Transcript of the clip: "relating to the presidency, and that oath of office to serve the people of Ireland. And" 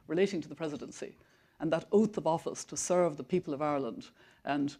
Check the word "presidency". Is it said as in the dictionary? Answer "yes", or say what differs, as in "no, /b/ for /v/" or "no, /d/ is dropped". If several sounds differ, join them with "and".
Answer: yes